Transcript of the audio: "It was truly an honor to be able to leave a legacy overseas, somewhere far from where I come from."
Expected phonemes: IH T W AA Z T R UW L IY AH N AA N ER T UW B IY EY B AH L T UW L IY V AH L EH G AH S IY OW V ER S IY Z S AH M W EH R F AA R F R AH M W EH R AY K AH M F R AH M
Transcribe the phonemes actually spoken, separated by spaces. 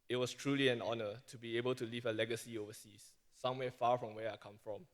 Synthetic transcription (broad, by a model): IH T W AA S T R UW L IY AH N AA N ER T UW B IY EY B AH L T UW L IY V AH L EH G AH S IY OW V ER S IY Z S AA M W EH F AA F R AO M W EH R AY K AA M F R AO M